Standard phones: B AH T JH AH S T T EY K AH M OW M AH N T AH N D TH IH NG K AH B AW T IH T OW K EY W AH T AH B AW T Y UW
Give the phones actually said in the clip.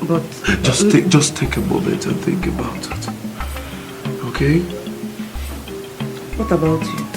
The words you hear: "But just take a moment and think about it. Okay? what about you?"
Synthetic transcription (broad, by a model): B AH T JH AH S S T EY K AH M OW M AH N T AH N TH IH NG K AH B AW T IH T OW K EY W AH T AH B AW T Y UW